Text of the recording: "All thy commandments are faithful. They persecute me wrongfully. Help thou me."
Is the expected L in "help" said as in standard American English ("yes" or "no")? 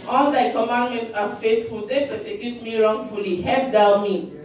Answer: no